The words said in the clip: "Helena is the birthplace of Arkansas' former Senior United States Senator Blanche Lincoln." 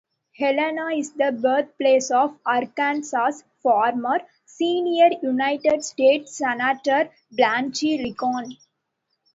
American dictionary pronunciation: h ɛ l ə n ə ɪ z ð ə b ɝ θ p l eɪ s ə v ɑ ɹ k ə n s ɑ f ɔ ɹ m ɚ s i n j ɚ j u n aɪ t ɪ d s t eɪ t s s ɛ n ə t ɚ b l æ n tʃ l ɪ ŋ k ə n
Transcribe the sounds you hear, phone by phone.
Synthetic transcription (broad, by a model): h ɛ l ə n ə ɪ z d ə b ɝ t p l eɪ s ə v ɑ ɹ k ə n s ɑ f ɔ ɹ m ɚ s i n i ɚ j u n aɪ t ɪ d s t eɪ t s s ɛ n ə t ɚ b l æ n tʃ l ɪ k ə n